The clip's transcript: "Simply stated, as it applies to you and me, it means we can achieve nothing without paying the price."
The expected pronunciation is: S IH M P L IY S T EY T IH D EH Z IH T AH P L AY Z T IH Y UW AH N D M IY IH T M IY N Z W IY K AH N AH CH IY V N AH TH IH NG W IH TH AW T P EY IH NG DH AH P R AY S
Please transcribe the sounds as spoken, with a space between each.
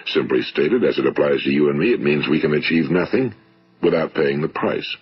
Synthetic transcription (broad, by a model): S IH M P L IY S T EY T IH D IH Z IH T AH P L AY Z T IH Y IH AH N M IY IH T M IY N Z W IY K AH N AH CH IY V N AH TH IH NG W IH TH AW T P EY IH NG DH AH P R AY S